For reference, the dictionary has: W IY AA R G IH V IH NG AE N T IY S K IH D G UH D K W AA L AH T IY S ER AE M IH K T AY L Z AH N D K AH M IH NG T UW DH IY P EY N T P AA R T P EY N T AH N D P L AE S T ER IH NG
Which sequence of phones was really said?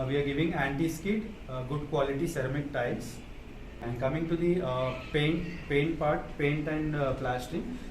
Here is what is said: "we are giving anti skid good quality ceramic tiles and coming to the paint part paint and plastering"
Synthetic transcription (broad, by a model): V IY AA R G IH V IH NG AE N T IY S K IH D G UH D K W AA L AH T IY S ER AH M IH K T AY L S AH N D K AH M IH NG T UW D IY P EY N T P AA R T P EY N T AH N D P L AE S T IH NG